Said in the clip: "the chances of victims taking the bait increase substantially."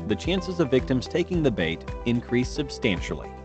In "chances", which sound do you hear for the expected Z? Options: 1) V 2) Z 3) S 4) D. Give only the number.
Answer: 2